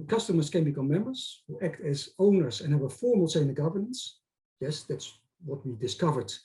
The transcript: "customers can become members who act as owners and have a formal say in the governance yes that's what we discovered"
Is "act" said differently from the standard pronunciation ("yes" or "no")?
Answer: no